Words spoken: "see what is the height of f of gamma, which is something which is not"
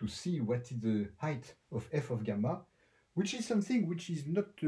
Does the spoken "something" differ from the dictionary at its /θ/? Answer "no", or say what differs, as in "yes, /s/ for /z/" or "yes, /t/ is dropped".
no